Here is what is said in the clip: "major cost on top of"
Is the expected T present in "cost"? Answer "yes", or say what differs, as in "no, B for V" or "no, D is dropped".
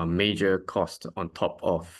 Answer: yes